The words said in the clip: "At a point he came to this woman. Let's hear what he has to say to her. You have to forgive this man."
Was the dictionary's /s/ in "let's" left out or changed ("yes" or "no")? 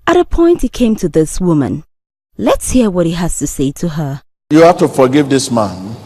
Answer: no